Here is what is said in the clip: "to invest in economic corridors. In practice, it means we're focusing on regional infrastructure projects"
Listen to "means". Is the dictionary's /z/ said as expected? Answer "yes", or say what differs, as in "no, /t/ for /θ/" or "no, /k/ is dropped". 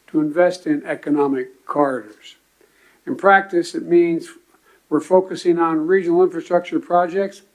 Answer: yes